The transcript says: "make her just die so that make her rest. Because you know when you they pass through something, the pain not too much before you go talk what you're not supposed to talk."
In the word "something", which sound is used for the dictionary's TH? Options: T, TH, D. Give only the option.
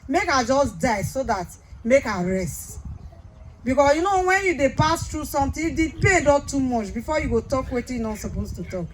T